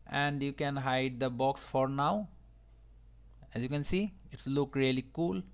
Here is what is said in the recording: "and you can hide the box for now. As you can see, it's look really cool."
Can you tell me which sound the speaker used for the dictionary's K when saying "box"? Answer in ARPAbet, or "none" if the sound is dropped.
K